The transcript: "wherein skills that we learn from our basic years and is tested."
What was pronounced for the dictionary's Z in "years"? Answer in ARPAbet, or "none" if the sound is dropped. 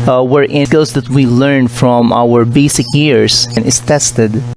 S